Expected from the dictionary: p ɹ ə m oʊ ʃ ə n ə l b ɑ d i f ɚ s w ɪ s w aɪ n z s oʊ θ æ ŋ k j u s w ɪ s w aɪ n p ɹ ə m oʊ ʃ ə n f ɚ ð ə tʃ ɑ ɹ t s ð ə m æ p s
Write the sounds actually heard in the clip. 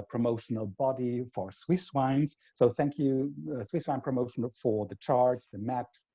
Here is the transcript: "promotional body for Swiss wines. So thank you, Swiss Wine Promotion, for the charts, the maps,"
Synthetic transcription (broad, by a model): p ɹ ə m oʊ ʃ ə n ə l b ɑ d i f ɚ s w ɪ s w aɪ n z s oʊ θ æ ŋ k j u s w ɪ s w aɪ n p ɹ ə m oʊ ʃ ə n f ɚ ð ə tʃ ɑ ɹ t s ð ə m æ p s